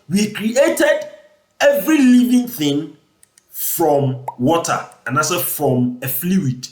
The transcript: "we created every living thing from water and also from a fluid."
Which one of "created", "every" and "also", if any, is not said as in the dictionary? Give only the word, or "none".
also